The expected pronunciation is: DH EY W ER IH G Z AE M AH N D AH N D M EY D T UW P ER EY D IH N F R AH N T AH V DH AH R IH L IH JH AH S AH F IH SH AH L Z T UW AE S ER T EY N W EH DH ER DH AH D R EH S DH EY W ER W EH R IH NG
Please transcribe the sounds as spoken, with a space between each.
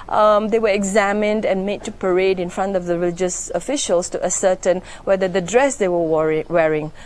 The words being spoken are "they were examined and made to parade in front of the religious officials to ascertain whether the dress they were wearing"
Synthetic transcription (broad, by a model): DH EY W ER IH G Z AE M AH N D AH N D M EY D T UW P ER EY D IH N F R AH N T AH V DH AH R IH L IH JH AH S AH F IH SH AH L S T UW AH S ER T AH N W EH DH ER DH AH D R EH S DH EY W ER W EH R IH NG